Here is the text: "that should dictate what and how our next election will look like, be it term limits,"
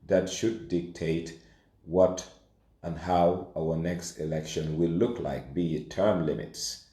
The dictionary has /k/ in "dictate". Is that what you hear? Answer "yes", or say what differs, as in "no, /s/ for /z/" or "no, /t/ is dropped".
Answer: yes